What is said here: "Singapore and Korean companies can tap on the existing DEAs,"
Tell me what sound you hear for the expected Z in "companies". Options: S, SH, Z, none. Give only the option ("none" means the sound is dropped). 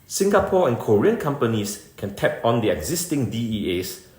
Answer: S